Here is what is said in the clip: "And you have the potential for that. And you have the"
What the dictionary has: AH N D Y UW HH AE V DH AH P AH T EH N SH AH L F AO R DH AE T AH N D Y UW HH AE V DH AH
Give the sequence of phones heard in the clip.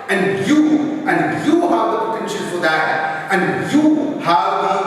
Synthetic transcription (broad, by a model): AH N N Y UW HH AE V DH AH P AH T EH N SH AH N F AO R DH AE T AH N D Y UW HH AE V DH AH